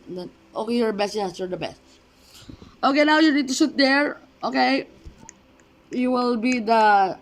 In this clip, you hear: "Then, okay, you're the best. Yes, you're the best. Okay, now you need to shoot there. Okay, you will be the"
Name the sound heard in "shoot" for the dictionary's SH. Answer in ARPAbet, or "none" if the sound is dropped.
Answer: S